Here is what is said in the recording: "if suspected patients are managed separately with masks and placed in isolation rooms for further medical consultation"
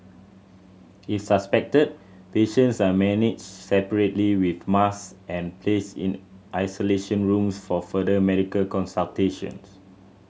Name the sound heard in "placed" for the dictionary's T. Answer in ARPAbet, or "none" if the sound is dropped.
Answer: none